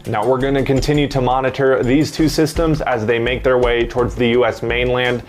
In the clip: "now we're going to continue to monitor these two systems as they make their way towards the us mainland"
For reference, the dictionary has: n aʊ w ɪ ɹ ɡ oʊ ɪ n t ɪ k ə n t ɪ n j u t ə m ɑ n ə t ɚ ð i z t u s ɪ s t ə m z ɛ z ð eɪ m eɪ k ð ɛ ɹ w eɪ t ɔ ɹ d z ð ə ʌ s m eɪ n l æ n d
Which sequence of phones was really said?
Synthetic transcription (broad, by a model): n aʊ w ɪ ɹ ɡ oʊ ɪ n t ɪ k ə n t ɪ n j u t ə m ɑ n ə t ɚ ð i z t u s ɪ s t ə m z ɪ z ð eɪ m eɪ k ð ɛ ɹ w eɪ t ɔ ɹ d z ð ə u s m eɪ n l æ n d